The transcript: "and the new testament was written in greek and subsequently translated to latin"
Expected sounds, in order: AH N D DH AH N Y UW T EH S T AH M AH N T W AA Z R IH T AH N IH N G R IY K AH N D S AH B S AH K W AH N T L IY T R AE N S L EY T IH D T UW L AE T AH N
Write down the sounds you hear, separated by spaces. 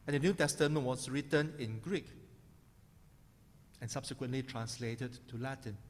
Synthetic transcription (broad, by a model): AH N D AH N Y UW T EH S T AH M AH N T W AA S R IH T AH N IH N G R IY K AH N S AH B S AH K W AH N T L IY T R AE N S L EY T IH D T UW L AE T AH N